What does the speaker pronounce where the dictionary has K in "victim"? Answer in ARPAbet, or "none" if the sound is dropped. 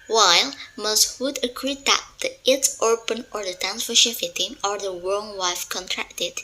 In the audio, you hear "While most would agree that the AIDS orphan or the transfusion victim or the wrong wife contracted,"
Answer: none